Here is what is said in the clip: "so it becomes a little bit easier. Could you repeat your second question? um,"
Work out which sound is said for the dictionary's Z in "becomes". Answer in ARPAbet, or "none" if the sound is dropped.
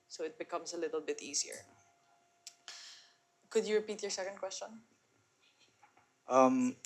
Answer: S